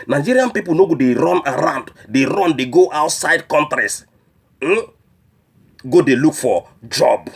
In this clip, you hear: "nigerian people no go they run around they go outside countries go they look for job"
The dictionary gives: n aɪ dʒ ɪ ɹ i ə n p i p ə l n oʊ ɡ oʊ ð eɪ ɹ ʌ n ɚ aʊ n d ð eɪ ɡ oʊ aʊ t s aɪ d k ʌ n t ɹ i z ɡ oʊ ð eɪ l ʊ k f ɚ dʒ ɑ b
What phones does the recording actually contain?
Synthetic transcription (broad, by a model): n aɪ dʒ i ɹ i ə n p i p ə l n oʊ ɡ oʊ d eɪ ɹ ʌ n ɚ aʊ n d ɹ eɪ ɡ oʊ aʊ t s aɪ d k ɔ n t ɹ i s ɡ oʊ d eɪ l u k f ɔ dʒ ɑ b